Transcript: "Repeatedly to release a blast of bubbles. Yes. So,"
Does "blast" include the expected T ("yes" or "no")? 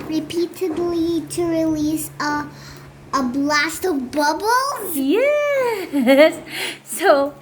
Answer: yes